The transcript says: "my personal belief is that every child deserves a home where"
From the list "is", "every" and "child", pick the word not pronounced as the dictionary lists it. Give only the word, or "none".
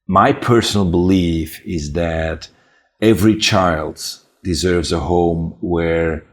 none